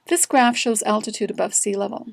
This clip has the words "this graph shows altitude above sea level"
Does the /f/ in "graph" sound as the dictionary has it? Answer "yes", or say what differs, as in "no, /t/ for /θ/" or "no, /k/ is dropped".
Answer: yes